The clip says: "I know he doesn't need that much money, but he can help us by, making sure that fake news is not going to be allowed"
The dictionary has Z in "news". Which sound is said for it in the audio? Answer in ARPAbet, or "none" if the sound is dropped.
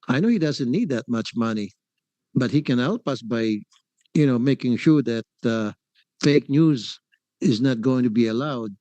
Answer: Z